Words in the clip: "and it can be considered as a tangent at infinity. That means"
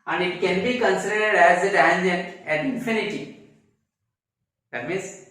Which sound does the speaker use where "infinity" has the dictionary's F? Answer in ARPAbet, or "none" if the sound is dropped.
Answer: F